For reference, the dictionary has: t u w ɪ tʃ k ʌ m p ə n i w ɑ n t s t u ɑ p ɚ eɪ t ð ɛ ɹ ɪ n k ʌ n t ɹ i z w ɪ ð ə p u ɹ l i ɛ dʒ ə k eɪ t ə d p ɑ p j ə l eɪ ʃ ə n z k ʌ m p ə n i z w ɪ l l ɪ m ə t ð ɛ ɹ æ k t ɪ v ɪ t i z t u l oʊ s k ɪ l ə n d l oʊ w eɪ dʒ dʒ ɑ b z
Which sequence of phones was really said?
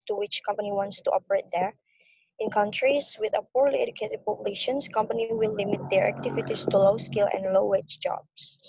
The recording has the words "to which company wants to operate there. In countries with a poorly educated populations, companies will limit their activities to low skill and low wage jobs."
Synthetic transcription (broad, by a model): t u w ɪ tʃ k ʌ m p ə n i w ɑ n t s t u ɑ p ɚ eɪ t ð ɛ ɹ ɪ n k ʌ n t ɹ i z w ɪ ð ə p u ɹ l i ɛ dʒ ə k eɪ t ə d p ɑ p j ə l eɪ ʃ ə n s k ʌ m p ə n i w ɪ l l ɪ m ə t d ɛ ɹ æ k t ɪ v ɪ t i s t u l oʊ s k ɪ l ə n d l oʊ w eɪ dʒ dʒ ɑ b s